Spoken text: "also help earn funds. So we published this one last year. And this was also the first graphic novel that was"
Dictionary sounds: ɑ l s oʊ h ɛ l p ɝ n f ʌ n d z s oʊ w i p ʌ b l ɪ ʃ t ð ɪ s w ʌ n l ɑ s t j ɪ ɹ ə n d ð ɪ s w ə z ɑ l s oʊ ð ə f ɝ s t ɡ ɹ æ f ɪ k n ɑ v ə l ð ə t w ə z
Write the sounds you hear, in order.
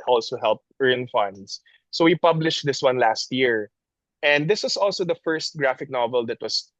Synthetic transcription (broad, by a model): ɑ l s oʊ h ɛ l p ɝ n f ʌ n d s s oʊ w i p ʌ b l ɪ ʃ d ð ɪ s w ʌ n l ɑ s t j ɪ ɹ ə n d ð ɪ s w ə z ɑ l s oʊ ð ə f ɝ s t ɡ ɹ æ f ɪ k n ɑ v ə l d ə t w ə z